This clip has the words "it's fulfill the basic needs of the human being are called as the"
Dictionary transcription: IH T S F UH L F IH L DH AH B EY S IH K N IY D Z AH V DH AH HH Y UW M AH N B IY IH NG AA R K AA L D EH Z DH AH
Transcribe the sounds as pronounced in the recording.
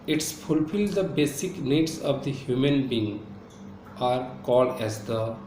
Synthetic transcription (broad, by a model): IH T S F UH L F IH L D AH B EY S IH K N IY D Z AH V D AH HH Y UW M AH N B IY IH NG AA R K AA L D EH Z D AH